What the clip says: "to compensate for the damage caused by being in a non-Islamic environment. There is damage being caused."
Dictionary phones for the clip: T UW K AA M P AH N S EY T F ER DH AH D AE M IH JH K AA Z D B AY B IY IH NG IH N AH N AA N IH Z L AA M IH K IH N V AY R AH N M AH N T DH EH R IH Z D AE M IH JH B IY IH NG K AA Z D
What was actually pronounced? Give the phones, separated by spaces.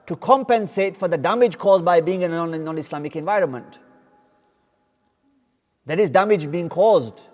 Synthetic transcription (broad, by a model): T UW K AA M P AH N S EY T F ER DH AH D AE M IH JH K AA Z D B AY B IY IH NG IH N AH N AA N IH S L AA M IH K IH N V AY R AH N M AH N T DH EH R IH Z D AE M IH JH B IY IH NG K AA Z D